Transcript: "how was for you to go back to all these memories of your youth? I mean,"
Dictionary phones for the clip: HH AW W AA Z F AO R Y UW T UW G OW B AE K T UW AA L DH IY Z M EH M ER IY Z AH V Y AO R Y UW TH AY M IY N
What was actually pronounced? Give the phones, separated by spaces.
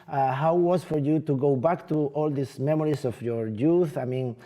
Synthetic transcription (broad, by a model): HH AW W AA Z F AO R Y UW T UW G OW B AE K T UW AA L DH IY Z M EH M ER IY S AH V Y AO R Y UW TH AY M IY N